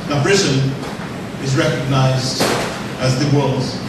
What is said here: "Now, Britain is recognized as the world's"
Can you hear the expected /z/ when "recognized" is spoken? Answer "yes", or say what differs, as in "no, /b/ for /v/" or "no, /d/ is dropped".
yes